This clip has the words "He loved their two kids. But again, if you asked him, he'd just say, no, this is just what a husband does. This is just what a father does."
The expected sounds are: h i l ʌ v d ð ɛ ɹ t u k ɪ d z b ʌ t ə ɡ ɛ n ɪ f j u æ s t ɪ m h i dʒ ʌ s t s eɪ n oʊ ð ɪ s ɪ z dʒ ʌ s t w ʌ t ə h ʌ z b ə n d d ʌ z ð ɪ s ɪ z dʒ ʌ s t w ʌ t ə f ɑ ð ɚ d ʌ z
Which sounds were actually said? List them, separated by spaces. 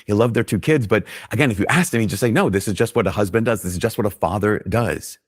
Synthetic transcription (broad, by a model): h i l ʌ v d ð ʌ ɹ t u k ɪ d z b ʌ t ə ɡ ɛ n ɪ f j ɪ æ s t ɪ m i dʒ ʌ s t s eɪ n oʊ ð ɪ s ɪ z dʒ ʌ s t w ʌ t ə h ʌ z b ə n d d ʌ z ð ɪ s ɪ z dʒ ʌ s t w ʌ t ə f ɑ ð ɚ d ʌ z